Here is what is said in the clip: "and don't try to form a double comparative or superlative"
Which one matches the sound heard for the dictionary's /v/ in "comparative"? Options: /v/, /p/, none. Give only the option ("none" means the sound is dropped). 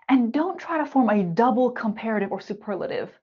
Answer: /v/